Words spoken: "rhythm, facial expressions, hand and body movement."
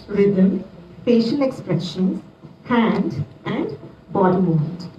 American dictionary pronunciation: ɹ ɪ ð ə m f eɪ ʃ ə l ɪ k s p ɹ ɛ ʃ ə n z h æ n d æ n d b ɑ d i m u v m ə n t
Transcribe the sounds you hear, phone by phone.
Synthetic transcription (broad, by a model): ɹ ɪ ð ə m p eɪ ʃ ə n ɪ k s p ɹ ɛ ʃ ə n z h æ n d æ n d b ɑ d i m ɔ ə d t